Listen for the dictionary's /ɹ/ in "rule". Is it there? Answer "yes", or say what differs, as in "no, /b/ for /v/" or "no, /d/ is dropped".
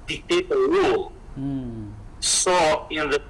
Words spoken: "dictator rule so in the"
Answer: no, /w/ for /ɹ/